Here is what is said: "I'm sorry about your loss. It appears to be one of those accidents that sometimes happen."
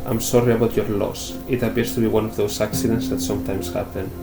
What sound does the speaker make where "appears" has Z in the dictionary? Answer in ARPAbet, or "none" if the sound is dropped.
S